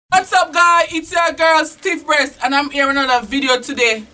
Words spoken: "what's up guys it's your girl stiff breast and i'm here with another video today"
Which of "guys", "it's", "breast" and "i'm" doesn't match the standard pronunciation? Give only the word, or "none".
guys